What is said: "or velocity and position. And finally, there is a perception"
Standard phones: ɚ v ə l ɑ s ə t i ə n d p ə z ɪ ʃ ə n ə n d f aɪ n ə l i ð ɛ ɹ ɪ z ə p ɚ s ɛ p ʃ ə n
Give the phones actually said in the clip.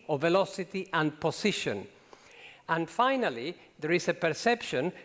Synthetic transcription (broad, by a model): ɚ v ə l ɑ s ə t i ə n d p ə s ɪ ʃ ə n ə n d f aɪ n ə l i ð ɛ ɹ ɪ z ə p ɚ s ɛ p ʃ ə n